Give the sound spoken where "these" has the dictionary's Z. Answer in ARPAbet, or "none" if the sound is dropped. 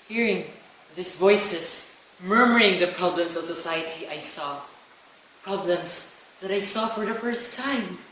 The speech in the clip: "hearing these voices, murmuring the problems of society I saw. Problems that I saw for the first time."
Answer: S